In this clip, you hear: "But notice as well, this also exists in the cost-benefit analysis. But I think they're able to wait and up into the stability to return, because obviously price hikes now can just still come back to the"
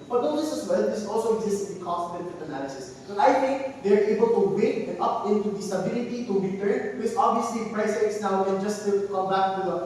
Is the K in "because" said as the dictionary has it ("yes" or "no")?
no